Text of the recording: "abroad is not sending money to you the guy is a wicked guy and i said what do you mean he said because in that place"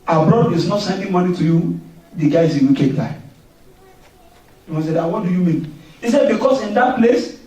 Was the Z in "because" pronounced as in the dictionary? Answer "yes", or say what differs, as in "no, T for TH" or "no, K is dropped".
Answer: no, S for Z